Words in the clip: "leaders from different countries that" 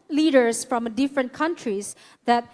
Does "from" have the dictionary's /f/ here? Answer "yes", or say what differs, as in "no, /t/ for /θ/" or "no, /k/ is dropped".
yes